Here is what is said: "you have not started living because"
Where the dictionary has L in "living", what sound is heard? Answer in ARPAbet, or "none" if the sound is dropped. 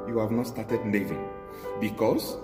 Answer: N